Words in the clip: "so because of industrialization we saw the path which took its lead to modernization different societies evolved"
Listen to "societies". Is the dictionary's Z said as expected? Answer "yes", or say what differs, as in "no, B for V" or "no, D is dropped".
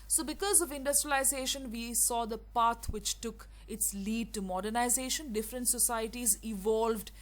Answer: yes